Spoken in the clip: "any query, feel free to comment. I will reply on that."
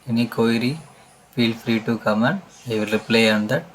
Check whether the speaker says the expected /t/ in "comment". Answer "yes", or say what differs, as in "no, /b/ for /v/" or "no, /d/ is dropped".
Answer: no, /t/ is dropped